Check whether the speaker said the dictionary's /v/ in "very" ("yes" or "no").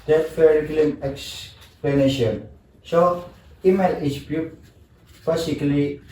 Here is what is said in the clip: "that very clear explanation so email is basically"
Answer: no